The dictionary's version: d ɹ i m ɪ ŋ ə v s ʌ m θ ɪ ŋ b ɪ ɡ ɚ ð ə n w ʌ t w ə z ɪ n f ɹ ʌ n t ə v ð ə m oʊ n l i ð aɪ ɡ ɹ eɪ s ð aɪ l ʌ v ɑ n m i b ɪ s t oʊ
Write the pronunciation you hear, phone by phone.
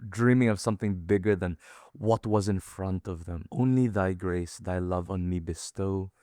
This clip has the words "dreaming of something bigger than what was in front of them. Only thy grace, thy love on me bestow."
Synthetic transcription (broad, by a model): d ɹ i m ɪ ŋ ə v s ʌ m θ ɪ ŋ b ɪ ɡ ɚ ð ə n w ʌ t w ə z ɪ n f ɹ ʌ n t ə v ð ə m oʊ n l i ð aɪ ɡ ɹ eɪ s ð aɪ l ʌ v n m i b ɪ s t oʊ